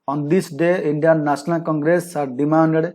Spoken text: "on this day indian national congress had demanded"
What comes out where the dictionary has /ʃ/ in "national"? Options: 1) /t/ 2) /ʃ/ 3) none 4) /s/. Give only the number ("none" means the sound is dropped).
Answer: 4